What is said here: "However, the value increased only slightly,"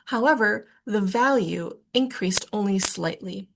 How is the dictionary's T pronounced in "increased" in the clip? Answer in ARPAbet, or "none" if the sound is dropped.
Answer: T